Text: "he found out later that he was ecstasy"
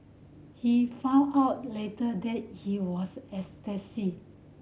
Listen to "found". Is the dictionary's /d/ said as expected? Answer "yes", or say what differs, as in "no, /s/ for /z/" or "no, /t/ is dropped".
no, /d/ is dropped